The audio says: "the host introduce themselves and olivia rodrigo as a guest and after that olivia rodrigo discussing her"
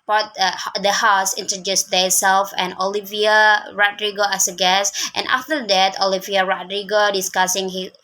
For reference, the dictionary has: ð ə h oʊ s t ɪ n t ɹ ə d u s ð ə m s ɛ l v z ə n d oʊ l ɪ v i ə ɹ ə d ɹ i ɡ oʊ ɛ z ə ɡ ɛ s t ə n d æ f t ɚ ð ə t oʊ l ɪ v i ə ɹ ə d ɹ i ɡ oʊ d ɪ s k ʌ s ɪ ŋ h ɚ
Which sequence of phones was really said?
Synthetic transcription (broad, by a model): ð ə h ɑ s ɪ n t ɹ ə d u s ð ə s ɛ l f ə n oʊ l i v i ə ɹ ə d ɹ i ɡ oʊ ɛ s ə ɡ ɛ s t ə n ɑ f t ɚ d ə t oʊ l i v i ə ɹ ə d ɹ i ɡ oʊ d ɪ s k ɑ s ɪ ŋ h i